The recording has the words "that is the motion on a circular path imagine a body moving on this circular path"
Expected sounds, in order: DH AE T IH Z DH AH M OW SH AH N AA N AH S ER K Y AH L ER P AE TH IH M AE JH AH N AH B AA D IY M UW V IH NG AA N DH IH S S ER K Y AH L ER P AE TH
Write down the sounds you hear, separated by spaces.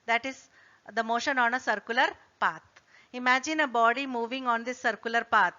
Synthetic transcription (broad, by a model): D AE T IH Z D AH M OW SH AH N AA N AH S ER K Y AH L ER P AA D IH M AE JH AH N AH B AA D IY M UW V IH NG AA N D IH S S ER K Y AH L ER P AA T